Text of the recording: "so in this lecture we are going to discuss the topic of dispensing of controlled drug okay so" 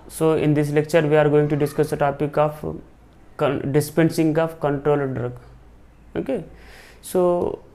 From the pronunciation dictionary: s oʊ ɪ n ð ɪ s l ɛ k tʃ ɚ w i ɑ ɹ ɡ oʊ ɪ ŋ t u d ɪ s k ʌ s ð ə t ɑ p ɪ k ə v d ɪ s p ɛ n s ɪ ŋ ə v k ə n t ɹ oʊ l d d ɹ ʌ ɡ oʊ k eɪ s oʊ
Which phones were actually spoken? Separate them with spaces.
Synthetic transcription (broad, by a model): s oʊ ɪ n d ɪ s l ɛ k tʃ ɚ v i ɑ ɹ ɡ oʊ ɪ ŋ t u d ɪ s k ʌ s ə t ɑ p ɪ k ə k d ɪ s p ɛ n s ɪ ŋ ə f k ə n t ɹ oʊ l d d ɹ ʌ ɡ oʊ k eɪ s oʊ